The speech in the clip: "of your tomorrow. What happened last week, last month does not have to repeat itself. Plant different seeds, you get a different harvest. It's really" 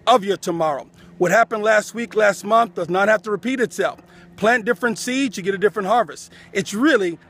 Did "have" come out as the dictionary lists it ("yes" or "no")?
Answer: no